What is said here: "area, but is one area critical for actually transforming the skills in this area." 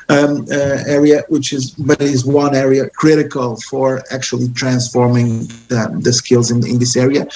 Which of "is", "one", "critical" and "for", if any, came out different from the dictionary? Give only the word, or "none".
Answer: none